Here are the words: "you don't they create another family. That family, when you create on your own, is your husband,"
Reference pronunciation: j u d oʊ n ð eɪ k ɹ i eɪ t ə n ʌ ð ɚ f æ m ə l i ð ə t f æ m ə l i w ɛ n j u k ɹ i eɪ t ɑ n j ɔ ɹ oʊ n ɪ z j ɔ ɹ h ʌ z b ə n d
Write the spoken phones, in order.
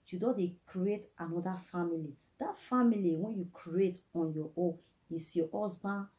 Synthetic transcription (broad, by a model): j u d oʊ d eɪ k ɹ i eɪ t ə n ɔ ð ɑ f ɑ m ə l i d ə t f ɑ m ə l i w ɛ n j u k ɹ i eɪ t ɑ n j ɔ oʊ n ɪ s j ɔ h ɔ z b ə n